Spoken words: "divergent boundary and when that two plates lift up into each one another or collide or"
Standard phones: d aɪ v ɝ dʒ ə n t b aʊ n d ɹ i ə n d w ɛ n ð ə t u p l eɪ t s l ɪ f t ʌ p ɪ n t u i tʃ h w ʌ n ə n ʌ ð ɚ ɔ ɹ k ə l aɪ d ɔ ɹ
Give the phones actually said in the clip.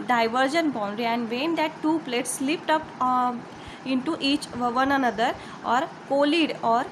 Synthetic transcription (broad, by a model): d aɪ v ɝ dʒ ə n b aʊ n d ɹ i ə n d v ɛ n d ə t u p l eɪ t s l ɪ p t ʌ p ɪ n t u i tʃ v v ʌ n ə n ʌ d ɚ ɔ ɹ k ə l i d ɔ ɹ